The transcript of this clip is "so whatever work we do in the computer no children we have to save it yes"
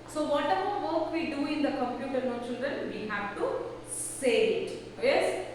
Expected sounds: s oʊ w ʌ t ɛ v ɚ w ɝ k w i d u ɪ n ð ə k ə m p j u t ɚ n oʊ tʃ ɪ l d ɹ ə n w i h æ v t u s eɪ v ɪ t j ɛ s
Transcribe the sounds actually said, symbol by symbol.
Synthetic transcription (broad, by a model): s oʊ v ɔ t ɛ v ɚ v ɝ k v i d u ɪ n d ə k ə m p j u t ɚ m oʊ tʃ ɪ l d ɹ ə n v i h æ v t u s eɪ ɪ t j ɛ s